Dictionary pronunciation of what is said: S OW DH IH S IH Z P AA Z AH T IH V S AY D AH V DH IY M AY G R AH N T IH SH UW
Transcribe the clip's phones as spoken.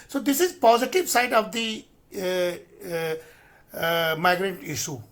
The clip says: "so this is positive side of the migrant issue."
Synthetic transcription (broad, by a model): S OW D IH S IH Z P AA Z AH T IH V S AY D AH V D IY M AY G R AH N T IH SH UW